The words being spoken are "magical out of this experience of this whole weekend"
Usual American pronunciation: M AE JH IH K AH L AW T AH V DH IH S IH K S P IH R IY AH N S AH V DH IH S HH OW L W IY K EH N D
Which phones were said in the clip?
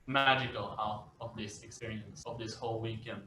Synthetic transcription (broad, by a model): M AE JH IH K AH L AW T AH V DH IH S IH K S P IH R IY AH N S AH V DH IH S HH OW L W IY K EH N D